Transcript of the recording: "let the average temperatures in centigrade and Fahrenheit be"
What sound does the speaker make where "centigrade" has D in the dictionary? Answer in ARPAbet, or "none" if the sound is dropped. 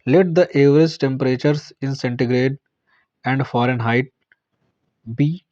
D